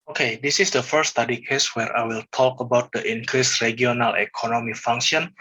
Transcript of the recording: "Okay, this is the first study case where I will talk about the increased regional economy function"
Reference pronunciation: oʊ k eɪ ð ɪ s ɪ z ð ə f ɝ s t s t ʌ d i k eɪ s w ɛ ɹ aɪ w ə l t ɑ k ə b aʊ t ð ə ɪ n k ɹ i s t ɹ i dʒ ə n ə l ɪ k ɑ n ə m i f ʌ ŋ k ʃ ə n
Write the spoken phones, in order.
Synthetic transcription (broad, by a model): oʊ k eɪ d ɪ s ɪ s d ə f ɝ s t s t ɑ d i k eɪ s w ɛ ɹ aɪ w ə l t ɑ k ə b aʊ t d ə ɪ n k ɹ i s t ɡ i ə n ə l ɪ k ɑ n ə m i f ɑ ŋ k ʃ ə n